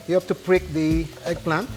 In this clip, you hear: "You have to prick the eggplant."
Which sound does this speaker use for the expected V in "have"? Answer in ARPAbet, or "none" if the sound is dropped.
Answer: F